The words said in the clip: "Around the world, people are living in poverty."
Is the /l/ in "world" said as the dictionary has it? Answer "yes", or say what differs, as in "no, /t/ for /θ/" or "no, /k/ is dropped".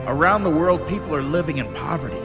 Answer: yes